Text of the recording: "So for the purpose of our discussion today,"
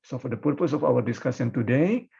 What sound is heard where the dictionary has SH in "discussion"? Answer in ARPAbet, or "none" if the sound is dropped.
S